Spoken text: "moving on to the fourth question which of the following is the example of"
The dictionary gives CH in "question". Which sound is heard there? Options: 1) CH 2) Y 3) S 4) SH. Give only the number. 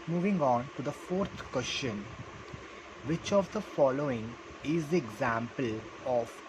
4